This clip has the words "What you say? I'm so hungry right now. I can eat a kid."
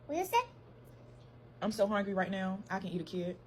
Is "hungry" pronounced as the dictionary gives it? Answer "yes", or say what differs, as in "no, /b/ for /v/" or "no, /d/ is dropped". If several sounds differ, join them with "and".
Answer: yes